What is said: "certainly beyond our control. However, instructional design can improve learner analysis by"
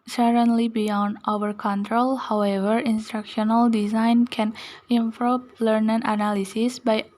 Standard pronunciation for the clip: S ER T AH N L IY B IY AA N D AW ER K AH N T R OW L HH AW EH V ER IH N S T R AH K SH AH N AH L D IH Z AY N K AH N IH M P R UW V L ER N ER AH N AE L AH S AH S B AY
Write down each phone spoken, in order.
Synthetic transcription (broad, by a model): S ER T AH N L IY B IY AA N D AW ER K AH N T R OW L HH AW EH V ER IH N S T R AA K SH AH N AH L D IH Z AY N K AH N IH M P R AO P L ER N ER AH N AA L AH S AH S B AY